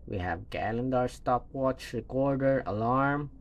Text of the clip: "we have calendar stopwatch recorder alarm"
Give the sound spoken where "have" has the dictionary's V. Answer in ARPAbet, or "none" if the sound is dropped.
V